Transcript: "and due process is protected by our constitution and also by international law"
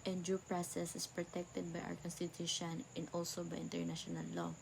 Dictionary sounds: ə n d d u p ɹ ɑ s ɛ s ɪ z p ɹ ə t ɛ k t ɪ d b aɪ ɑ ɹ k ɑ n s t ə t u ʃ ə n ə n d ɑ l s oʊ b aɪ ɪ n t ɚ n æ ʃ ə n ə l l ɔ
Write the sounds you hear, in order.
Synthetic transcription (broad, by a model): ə n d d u p ɹ ɑ s ɛ s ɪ s p ɹ ə t ɛ k t ɪ d b aɪ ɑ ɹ k ɑ n s t ə t u ʃ ə n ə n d ɑ l s oʊ b aɪ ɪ n t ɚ n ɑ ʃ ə n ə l l ɔ